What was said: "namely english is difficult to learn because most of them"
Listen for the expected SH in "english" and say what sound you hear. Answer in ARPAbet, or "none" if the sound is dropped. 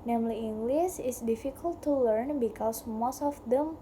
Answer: S